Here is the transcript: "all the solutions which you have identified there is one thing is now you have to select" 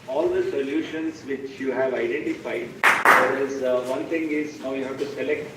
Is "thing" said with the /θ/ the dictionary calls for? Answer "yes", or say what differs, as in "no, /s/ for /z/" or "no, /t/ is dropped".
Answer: no, /t/ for /θ/